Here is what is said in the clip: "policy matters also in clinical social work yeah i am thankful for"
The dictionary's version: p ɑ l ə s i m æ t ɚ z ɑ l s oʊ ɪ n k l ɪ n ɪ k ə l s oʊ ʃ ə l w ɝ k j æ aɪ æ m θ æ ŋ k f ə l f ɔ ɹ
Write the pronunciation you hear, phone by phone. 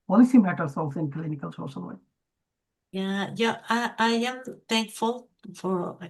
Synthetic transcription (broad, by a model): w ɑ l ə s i m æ t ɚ s ɑ l s oʊ ɪ n k l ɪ n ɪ k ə l s oʊ ʃ ə l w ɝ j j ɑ aɪ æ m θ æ ŋ k f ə l f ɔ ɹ